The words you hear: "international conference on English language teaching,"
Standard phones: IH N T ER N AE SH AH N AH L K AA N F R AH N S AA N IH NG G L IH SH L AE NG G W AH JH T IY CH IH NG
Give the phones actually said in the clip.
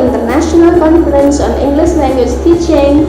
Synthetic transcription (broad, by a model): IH N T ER N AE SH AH N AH L K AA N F R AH N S AA N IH NG G L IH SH N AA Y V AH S T IY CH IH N